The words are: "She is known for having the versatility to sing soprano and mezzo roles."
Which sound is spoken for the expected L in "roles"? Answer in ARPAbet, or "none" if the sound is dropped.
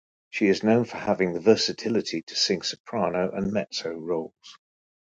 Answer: L